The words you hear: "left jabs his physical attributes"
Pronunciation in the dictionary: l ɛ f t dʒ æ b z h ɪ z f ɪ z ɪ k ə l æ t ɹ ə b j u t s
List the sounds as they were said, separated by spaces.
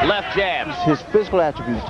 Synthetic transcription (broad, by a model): l ɛ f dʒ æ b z h ɪ z f ɪ z ɪ k ə l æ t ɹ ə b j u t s